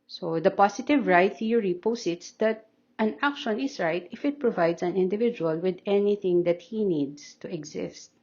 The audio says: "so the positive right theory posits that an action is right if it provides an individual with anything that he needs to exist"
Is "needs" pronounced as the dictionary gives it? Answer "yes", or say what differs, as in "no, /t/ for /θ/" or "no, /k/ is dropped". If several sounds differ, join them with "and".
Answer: no, /s/ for /z/